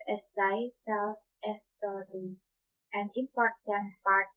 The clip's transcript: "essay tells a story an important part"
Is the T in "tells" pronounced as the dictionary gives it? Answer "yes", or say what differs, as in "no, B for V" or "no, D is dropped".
no, S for T